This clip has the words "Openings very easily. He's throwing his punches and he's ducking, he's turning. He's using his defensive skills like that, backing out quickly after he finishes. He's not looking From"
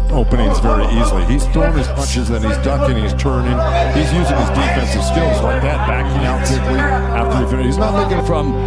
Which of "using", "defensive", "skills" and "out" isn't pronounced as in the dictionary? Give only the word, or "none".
none